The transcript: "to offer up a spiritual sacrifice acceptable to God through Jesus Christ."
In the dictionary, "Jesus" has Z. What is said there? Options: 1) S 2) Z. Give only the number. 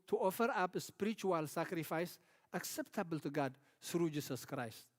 1